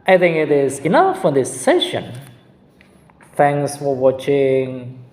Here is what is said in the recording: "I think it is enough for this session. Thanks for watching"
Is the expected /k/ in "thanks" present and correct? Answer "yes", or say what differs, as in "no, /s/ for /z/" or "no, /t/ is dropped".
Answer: no, /k/ is dropped